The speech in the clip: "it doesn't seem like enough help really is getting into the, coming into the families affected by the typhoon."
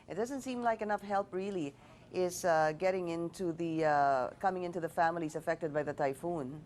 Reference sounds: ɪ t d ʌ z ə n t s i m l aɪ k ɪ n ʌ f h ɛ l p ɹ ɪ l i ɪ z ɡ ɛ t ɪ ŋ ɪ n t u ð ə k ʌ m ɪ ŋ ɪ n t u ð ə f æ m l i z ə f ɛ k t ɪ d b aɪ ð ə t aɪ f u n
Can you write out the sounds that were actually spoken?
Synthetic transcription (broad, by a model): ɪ t d ʌ z ə n t s i m l aɪ k ɪ n ʌ f h ɛ l p ɹ ɪ l i ɪ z ɡ ɛ t ɪ ŋ ɪ n t u ð ə k ʌ m ɪ ŋ ɪ n t u ð ə f æ m l i z ə f ɛ k t ɪ d b aɪ ð ə t aɪ f u n